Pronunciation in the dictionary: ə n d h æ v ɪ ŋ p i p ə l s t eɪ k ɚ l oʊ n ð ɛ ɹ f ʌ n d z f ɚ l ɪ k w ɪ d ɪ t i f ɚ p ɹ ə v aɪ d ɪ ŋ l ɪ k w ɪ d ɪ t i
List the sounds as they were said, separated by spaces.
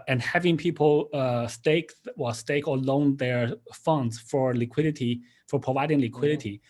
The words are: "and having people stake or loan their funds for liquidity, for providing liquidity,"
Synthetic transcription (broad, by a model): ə n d h æ v ɪ ŋ p i p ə w s t eɪ k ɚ l oʊ n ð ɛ ɹ f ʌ n d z f ɚ l ɪ k w ɪ d ɪ t i f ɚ p ɹ ə v aɪ d ɪ ŋ l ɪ k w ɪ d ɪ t i